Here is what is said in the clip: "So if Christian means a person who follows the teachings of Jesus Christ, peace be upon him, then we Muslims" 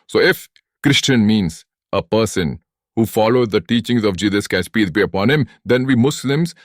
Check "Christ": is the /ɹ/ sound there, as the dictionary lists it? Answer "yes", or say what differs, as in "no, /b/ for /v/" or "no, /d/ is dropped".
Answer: no, /ɹ/ is dropped